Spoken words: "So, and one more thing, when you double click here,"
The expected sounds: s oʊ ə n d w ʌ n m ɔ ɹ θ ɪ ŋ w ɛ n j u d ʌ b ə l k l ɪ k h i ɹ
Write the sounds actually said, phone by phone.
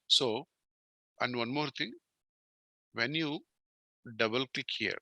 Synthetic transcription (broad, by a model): s oʊ ə n d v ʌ n m ɔ ɹ t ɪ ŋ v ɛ n j u d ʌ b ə l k l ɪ k h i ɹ